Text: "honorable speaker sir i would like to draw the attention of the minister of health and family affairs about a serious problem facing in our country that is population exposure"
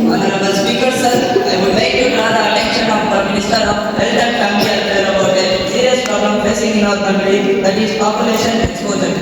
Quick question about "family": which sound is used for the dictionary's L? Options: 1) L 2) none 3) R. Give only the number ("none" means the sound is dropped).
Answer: 2